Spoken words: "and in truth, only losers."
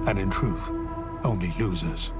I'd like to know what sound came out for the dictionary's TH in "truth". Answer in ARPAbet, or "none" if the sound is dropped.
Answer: TH